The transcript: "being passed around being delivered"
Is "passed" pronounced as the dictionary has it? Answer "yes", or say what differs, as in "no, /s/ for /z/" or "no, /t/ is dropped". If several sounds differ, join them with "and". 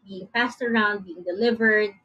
no, /f/ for /p/